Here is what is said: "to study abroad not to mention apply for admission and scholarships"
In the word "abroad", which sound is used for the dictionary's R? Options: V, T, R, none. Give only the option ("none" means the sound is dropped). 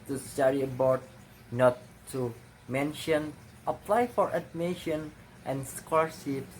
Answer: none